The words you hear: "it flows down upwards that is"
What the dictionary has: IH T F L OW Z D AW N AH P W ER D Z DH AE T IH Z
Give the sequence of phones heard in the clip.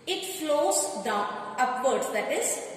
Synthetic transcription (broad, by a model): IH T F L OW Z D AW AH P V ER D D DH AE T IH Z